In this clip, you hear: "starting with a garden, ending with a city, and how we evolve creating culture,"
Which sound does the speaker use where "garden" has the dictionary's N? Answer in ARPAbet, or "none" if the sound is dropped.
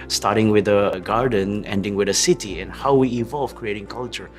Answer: N